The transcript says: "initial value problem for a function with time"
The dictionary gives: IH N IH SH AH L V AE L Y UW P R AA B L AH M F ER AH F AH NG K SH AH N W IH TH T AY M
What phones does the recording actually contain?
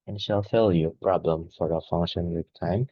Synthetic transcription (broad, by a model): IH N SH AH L F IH L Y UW P R AA B L AH M F ER AH F AH NG K SH AH N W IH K T AY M